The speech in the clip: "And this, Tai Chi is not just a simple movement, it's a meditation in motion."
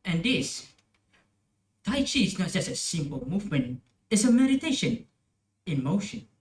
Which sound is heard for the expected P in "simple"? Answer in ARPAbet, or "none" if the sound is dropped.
P